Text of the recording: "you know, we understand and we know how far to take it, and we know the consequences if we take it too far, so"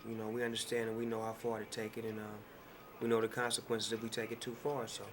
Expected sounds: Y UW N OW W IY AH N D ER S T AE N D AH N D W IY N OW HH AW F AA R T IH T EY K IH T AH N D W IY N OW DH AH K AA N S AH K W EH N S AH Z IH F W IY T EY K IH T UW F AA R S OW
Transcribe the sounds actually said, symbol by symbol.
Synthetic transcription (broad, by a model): Y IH N OW W IY AH N D ER S T AE N D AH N W IY N OW HH AW F AA R T IH T EY K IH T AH N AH W IY N OW DH AH K AA N S AH K W EH N S AH Z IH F W IY T EY K IH T UW F AA R S OW